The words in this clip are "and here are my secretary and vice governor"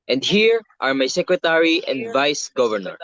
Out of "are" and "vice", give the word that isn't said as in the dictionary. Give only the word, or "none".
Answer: none